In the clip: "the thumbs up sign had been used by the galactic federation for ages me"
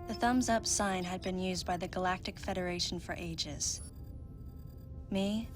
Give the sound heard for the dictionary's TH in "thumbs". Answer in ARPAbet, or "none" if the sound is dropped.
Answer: TH